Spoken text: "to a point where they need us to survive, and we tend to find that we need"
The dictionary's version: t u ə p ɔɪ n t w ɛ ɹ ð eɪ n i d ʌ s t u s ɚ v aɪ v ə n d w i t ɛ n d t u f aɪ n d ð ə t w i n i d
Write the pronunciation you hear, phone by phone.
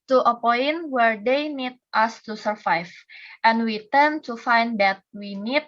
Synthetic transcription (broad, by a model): t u ə p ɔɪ n w ɛ ɹ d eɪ n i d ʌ s t u s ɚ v aɪ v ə n w i t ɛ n t u f aɪ n d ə t w i n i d